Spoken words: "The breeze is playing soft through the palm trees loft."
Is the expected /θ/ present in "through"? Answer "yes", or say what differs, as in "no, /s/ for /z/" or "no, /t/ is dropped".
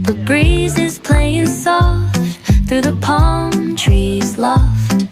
yes